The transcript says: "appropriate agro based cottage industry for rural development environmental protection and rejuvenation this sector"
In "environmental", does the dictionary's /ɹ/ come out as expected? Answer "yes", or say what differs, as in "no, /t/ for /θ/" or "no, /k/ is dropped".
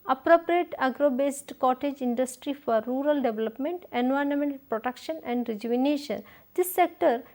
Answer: no, /ɹ/ is dropped